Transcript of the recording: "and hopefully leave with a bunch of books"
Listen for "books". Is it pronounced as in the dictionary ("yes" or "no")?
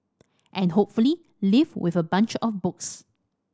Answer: yes